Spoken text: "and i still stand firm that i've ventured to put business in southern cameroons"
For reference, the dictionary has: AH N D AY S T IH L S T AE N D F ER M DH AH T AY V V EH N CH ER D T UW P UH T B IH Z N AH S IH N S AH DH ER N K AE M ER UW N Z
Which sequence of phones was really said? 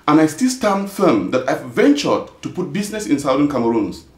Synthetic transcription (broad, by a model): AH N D AY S T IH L S T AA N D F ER M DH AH T AY V V EH N CH ER D T UW P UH T B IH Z N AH S IH N S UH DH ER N K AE M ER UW N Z